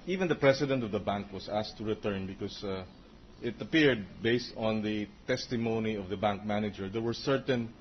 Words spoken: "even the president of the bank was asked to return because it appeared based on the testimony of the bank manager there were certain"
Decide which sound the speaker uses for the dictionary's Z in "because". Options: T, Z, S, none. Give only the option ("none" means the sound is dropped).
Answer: S